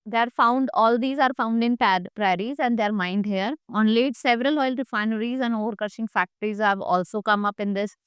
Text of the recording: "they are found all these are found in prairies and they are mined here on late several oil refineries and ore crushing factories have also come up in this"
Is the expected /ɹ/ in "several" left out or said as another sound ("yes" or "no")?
no